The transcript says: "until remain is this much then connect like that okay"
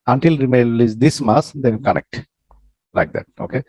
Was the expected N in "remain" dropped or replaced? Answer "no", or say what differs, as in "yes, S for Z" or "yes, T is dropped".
yes, L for N